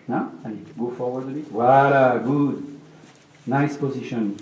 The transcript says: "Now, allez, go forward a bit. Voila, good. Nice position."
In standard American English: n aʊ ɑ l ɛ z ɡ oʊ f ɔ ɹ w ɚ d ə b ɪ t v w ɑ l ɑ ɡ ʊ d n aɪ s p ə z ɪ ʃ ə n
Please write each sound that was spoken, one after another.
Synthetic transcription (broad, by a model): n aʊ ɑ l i ɡ oʊ f ɔ ɹ w ɚ d ə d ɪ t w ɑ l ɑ ɡ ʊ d n aɪ s p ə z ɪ ʃ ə n